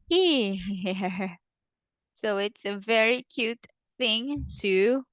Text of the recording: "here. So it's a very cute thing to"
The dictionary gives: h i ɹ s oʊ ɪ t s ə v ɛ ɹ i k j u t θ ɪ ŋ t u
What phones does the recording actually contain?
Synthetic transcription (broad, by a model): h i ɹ s oʊ ɪ t s ə v ɛ ɹ i k j u t θ ɪ ŋ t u